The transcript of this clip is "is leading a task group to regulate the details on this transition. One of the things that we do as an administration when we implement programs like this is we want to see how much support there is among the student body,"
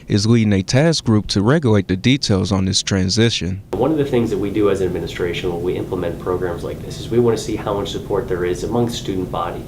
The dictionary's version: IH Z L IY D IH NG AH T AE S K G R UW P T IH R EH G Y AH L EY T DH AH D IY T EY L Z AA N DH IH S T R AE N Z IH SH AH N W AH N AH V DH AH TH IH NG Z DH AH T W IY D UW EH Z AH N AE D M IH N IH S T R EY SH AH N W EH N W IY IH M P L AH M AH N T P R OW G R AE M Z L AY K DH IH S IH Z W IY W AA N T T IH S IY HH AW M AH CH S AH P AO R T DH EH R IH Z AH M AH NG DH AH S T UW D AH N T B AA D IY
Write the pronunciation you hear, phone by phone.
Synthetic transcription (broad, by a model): IH Z L IY D IH NG AH T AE S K G R UW P T IH R EH G Y AH L EY T DH AH D IY T EY L Z N DH IH S T R AE N Z IH SH AH N W AH N AH V DH AH TH IH NG Z DH AH T W IY D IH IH Z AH D M IH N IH S T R EY SH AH N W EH L W IY IH M P L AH M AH N P R OW G R AE M Z L AY K DH IH S IH Z W IY W AA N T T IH S IY HH AW M AH CH S AH P AO R T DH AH R IH Z AH M AH NG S S T UW D N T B AA D IY